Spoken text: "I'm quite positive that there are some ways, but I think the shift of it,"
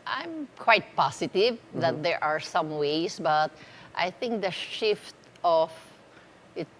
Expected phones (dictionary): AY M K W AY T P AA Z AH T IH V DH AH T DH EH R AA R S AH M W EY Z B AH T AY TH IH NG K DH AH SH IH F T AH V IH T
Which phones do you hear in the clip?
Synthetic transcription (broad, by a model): AY M K W AY T P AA S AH T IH V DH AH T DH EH R AA R S AH M W EY S B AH T AY TH IH NG K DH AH SH IH F T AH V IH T